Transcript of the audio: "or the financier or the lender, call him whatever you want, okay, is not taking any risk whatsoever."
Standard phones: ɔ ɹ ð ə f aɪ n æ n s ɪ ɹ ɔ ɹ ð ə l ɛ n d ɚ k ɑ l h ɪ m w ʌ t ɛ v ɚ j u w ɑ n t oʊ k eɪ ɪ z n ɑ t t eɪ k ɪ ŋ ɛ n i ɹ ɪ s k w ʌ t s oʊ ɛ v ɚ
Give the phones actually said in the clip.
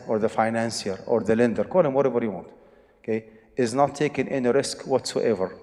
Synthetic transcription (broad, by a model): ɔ ɹ ð ə f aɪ n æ n s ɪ ɹ ɔ ɹ ð ə l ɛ n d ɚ k ɑ l h ɪ m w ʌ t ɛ b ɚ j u w ɑ n t oʊ k eɪ ɪ z n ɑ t t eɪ k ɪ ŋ ɛ n i ɹ ɪ s k w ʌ t s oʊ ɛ v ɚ